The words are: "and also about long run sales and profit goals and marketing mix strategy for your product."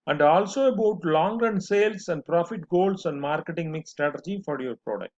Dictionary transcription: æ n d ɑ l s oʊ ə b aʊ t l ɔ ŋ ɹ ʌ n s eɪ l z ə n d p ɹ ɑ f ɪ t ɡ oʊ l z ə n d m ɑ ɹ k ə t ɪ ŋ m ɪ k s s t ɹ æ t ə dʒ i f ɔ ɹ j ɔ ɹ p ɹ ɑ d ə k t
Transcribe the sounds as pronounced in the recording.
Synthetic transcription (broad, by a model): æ n d ɑ l s oʊ ə b aʊ t l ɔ ŋ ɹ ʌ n s eɪ l s ə n d p ɹ ɑ f ɪ t ɡ oʊ l s ə n d m ɑ ɹ k ə t ɪ ŋ m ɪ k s s t ɹ æ t ə dʒ i f ɔ ɹ j ɔ ɹ p ɹ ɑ d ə k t